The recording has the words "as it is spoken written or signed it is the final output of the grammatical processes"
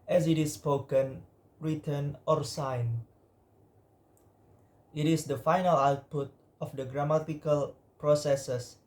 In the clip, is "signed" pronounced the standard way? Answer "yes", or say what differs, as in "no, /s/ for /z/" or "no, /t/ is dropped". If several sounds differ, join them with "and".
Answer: no, /d/ is dropped